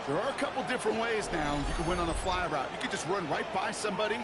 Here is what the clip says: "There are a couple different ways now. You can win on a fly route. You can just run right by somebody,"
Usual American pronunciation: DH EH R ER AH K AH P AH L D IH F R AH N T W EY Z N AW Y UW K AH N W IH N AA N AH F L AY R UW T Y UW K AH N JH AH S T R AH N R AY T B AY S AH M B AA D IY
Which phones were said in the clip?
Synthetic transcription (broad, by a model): DH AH R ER AH K AH P L D IH F R AH N T W EY Z N AW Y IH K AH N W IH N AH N AH F L AY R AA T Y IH K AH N JH AH S T R AH N R AY T B AY S AH M B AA D IY